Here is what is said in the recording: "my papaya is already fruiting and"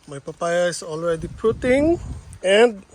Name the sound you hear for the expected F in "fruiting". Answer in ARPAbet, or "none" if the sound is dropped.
P